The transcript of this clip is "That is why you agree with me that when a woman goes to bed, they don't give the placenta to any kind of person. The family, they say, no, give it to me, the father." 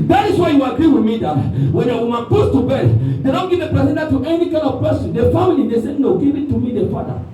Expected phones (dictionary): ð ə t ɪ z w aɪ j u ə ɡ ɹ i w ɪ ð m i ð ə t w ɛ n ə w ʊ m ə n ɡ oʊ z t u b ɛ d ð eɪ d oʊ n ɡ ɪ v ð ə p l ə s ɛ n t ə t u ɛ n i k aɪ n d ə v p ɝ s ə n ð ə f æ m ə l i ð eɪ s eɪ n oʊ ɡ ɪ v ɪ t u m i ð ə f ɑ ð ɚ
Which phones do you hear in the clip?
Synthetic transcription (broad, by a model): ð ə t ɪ s w aɪ j u ə ɡ ɹ i w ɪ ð m i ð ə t w ɛ n ə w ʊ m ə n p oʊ s t u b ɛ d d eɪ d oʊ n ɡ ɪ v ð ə p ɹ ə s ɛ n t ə t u ɛ n i k aɪ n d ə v p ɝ s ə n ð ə f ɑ m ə l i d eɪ s eɪ n oʊ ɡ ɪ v ɪ t u m i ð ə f ɑ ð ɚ